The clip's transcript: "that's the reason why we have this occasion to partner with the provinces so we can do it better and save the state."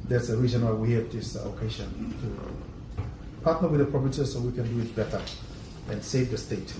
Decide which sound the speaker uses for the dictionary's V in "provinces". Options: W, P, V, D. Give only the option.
P